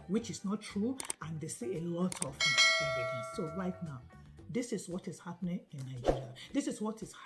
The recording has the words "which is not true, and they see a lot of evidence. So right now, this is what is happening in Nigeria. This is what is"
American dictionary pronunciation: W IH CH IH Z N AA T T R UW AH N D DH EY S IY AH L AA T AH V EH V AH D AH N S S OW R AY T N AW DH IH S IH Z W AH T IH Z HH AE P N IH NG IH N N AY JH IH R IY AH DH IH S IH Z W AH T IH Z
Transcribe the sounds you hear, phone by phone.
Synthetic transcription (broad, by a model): W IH CH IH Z N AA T T R UW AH N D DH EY S IY AH L AA T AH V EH AH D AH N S S OW R AY T N AW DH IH S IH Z W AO T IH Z HH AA P N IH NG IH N N AY JH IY R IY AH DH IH S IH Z W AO T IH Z